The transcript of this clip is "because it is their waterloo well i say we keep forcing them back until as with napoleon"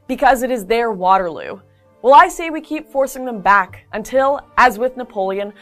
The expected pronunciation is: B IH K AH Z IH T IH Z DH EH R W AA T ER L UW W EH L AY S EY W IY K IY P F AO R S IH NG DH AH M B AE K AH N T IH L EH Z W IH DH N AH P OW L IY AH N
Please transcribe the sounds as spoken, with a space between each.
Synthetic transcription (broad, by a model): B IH K AH Z IH T IH Z DH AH R W AA T ER L UW W EH L AY S EY W IY K IY P F AO R S IH NG DH AH M B AE K AH N T IH L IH Z W IH DH N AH P OW L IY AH N